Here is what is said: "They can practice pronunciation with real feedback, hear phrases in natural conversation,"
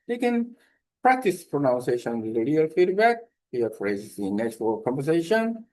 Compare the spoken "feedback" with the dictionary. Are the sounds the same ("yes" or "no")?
yes